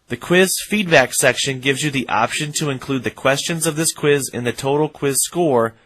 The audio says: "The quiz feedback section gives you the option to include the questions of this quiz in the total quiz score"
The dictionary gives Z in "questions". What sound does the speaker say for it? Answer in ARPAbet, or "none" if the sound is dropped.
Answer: Z